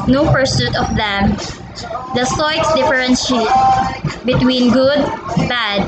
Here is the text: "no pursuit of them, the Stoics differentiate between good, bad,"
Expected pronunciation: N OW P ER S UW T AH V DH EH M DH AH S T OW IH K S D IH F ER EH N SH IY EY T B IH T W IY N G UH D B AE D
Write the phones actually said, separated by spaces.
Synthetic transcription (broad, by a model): N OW P ER S UW T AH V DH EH M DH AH S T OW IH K S D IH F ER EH N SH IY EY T B IH T W IY N G UH D B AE D